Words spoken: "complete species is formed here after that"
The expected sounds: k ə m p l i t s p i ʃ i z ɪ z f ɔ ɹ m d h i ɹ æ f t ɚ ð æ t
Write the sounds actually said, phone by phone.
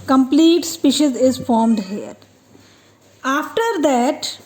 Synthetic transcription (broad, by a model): k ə m p l i t s p i ʃ i z ɪ z f ɔ ɹ m d h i ɹ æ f t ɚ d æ t